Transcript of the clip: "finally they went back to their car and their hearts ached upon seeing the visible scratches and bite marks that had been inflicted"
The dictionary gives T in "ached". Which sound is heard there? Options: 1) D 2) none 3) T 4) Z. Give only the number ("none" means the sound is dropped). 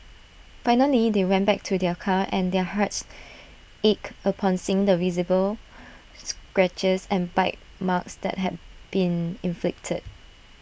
2